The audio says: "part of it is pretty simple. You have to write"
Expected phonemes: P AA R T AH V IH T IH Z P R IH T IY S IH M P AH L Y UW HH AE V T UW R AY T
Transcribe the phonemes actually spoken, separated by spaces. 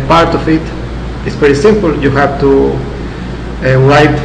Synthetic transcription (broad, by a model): P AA R T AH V IH T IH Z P EH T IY S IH M P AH L Y UW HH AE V T UW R AY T